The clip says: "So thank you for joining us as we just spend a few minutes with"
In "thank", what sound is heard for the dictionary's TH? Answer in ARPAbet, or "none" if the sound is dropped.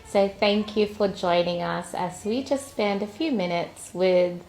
TH